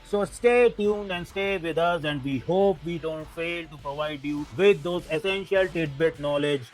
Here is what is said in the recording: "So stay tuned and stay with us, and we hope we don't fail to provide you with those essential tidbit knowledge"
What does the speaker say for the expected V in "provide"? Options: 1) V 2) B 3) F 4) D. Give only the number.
1